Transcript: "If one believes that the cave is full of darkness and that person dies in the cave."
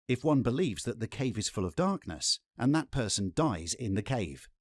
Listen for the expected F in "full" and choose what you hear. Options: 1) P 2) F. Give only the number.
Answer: 2